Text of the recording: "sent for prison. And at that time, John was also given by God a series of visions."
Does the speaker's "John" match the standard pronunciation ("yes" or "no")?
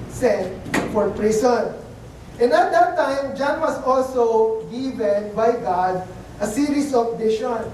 yes